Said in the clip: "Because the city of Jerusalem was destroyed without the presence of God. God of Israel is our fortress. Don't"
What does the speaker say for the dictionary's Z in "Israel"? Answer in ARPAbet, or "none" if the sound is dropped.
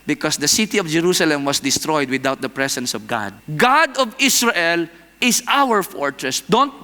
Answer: S